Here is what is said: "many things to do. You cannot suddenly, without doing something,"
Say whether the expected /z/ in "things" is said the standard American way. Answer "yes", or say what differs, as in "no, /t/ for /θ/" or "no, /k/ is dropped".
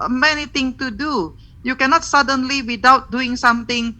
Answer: no, /z/ is dropped